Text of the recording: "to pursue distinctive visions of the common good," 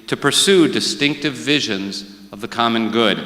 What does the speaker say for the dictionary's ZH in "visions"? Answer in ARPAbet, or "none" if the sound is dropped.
ZH